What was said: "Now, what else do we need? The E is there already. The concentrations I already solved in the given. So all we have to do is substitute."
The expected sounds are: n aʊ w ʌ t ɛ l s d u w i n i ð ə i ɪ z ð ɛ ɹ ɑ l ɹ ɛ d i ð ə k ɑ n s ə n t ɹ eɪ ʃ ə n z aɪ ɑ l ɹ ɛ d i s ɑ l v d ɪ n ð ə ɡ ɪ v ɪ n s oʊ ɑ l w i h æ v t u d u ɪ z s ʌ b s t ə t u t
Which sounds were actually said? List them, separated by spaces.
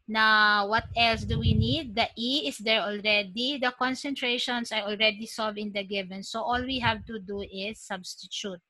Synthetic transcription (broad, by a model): n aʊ w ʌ t ɛ l s d u w i n i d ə i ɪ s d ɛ ɹ ɑ l ɹ ɛ d i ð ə k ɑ n s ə n t ɹ eɪ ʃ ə n s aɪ ɑ l ɹ ɛ d i s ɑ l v ɪ n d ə ɡ ɪ v ɪ n s oʊ ɑ l w i h æ v t u d u ɪ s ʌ b s t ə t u t